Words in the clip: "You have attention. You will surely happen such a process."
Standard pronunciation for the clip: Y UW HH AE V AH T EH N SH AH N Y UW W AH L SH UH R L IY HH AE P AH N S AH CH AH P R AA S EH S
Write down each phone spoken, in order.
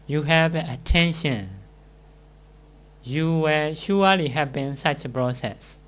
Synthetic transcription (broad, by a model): Y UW HH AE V AH T EH N SH AH N Y UW W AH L SH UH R L IY HH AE B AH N S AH CH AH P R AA S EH S